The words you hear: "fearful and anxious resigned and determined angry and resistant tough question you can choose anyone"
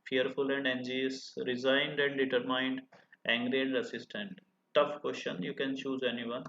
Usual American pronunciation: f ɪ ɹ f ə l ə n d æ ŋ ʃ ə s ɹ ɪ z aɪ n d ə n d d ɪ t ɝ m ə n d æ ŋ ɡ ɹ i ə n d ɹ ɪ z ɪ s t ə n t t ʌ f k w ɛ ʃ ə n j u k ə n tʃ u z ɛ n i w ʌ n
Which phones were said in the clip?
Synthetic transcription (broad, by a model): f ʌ ɹ f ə l ə n d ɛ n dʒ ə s ɹ ɪ z aɪ n d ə n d d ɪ t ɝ m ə n d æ ŋ ɡ ɹ i ə n d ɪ s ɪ s t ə n t t ʌ f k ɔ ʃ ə n j u k ə n tʃ u z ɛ n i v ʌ n